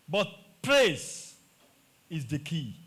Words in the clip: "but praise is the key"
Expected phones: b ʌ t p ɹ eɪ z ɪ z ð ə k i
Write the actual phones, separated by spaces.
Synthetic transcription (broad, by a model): b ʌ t p ɹ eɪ s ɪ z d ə k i